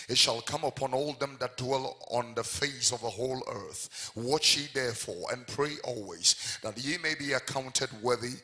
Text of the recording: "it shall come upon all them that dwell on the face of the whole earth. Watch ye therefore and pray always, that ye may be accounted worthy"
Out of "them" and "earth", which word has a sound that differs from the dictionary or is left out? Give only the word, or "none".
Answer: none